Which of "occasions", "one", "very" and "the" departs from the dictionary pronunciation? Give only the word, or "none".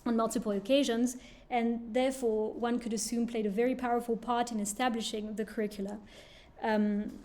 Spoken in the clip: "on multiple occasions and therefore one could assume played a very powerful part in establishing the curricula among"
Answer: none